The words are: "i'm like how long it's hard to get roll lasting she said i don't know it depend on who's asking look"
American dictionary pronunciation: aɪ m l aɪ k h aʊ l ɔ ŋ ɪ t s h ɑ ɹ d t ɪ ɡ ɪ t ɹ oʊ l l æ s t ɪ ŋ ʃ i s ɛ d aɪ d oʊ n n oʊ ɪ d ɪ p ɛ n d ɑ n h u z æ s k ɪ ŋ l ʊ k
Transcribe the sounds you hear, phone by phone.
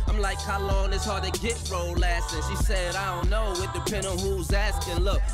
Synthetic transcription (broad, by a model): aɪ m l aɪ k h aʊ l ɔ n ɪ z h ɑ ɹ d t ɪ ɡ ɪ t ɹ oʊ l l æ s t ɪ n ʃ i s ɛ d aɪ d oʊ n n oʊ ɪ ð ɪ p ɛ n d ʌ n h u z æ s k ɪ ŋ l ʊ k